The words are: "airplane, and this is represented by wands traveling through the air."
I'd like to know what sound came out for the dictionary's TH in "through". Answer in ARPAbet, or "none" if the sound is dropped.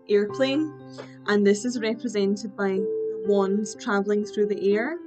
TH